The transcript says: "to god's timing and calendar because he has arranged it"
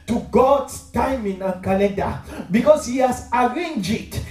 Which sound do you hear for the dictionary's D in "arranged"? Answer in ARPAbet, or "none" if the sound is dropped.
none